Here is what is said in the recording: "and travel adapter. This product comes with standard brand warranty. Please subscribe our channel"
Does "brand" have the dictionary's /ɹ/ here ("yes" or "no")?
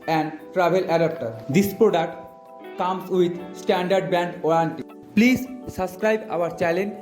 no